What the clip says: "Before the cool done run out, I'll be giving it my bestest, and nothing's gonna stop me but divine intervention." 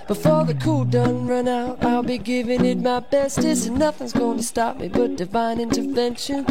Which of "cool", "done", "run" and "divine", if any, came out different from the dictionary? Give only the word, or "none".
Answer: none